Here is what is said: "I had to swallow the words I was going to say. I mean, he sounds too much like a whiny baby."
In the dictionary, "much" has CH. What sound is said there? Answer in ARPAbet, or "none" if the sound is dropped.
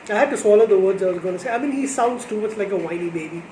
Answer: S